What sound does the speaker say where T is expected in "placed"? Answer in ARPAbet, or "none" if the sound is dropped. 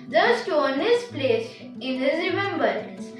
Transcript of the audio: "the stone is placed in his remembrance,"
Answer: none